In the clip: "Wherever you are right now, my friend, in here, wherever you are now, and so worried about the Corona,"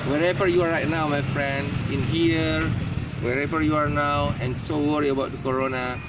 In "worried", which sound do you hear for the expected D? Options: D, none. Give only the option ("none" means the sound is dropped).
none